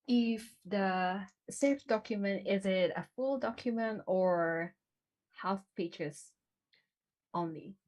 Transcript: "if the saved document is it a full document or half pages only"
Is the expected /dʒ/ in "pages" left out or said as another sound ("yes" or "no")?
yes